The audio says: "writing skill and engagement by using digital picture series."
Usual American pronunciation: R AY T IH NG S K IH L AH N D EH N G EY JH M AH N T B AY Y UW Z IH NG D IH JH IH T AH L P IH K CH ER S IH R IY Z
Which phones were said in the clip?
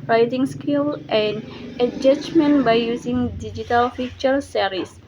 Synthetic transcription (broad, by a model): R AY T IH NG S K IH L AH N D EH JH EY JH M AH N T B AY Y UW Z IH NG D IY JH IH T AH L F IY CH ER S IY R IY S